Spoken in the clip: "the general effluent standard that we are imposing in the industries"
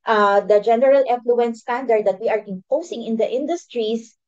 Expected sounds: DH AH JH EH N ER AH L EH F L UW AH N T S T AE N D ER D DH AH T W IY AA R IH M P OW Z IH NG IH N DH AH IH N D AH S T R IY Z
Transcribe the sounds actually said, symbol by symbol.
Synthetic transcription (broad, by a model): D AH JH EH N ER AH L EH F L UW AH N S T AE N D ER D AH T W IY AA R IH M P OW S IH NG IH N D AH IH N D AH S T R IY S